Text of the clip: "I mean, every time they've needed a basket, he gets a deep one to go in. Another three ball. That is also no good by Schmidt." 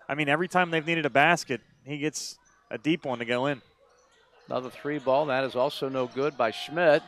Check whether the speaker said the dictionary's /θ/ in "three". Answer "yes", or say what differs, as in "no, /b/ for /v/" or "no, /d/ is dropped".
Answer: yes